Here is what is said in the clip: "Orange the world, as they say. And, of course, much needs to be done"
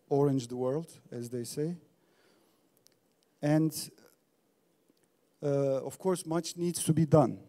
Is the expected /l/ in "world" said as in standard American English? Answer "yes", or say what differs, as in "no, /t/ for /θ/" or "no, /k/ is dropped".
yes